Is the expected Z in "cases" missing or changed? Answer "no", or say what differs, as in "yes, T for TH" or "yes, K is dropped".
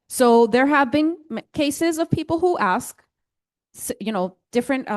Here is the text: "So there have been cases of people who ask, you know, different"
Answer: no